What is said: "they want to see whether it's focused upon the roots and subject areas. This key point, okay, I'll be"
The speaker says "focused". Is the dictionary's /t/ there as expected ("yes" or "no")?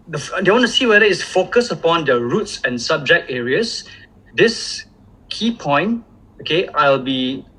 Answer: no